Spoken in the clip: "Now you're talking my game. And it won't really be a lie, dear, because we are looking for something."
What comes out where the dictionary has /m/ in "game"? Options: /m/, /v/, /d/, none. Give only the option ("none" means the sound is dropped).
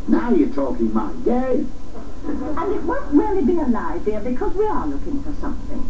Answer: none